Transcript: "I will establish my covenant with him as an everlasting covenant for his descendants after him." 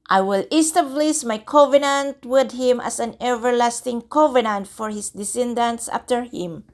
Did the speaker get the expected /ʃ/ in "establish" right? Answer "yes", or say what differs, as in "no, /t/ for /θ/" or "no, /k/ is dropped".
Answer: no, /s/ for /ʃ/